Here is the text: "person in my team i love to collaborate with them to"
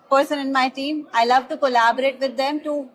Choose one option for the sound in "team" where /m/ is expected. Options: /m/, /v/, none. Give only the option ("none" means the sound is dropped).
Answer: /m/